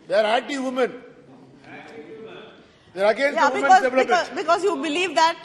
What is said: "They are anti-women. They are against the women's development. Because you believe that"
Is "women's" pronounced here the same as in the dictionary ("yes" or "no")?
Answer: no